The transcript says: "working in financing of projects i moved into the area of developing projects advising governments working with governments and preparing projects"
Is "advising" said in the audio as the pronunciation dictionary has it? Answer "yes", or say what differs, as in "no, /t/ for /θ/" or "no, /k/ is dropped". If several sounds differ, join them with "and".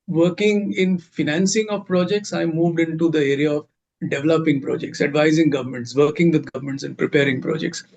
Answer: yes